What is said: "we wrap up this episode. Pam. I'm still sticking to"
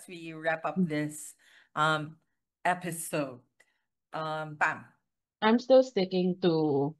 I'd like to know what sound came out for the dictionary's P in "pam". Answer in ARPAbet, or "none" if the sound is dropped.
B